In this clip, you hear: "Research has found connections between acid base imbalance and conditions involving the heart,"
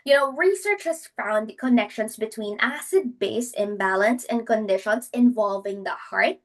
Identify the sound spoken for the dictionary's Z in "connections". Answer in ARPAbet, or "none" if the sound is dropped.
S